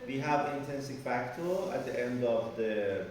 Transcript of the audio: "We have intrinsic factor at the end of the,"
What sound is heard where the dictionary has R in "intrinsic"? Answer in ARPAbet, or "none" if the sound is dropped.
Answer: none